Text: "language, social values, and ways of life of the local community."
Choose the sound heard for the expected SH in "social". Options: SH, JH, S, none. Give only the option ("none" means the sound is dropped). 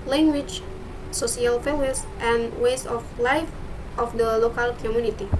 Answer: S